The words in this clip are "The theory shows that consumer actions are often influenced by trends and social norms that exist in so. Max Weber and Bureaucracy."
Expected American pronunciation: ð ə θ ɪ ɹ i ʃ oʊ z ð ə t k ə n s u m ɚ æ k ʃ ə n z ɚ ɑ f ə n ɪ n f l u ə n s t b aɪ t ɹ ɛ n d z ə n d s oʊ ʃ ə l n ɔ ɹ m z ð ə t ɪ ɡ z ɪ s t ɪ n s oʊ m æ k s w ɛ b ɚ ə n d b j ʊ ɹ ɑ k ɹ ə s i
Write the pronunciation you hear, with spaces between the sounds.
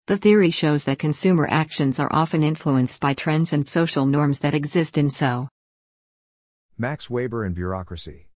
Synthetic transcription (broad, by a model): ð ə θ ɪ ɹ i ʃ oʊ z ð ə t k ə n s u m ɚ æ k ʃ ə n z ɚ ɑ f ə n ɪ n f l u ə n s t b aɪ t ɹ ɛ n d z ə n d s oʊ ʃ l n ɔ ɹ m z ð ə t ɪ ɡ z ɪ s t ɪ n s oʊ m æ k s w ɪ b ɚ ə n b j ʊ ɹ ɑ k ɹ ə s i